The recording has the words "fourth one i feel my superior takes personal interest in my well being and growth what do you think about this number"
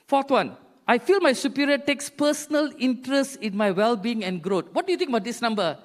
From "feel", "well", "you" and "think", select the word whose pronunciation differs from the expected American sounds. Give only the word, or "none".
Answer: think